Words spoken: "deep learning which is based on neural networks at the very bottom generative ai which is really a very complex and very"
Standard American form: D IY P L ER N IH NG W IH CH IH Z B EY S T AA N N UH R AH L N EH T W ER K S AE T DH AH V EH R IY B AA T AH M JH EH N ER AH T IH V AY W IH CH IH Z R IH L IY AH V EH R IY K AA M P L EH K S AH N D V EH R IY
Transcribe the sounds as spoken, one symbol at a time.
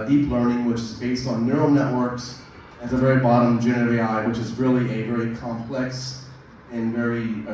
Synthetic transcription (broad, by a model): D IY P L ER N IH NG W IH CH IH Z B EY S T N N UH R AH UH N EH T W ER K S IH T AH V EH R IY B AA T AH M JH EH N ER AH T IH AY W IH CH IH Z R IH L IY AH V EH R IY K AA M P L EH K S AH N V EH R IY